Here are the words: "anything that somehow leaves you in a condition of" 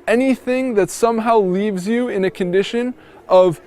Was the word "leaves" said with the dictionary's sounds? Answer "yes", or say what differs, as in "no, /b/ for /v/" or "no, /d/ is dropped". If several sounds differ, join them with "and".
yes